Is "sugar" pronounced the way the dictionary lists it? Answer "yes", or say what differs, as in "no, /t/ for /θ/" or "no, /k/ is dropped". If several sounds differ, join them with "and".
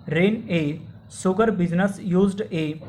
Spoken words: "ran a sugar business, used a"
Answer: no, /s/ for /ʃ/